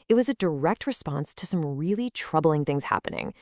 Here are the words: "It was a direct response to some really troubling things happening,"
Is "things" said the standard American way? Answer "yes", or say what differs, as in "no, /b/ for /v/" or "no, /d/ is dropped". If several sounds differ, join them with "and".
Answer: yes